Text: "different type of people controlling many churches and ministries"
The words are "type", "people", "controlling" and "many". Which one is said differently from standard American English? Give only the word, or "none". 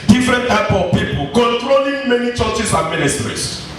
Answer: none